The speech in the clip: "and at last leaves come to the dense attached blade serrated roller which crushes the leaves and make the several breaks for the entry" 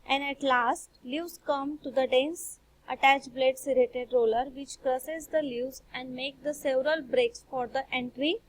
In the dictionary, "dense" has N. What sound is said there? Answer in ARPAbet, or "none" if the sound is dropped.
N